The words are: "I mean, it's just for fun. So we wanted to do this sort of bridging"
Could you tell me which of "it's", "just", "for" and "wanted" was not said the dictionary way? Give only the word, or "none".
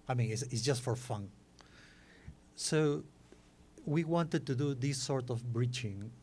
it's